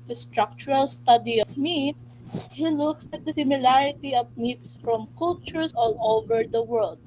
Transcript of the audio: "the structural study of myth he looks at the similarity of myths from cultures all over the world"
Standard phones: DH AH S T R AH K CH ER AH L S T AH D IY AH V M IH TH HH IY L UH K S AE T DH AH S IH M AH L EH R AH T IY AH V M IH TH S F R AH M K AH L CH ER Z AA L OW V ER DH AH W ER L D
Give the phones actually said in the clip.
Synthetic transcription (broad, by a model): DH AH S T R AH K CH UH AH L S T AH D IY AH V M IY T HH IY L UH K S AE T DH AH S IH M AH L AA R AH T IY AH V M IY T S F R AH M K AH L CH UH S AA L OW V ER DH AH W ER L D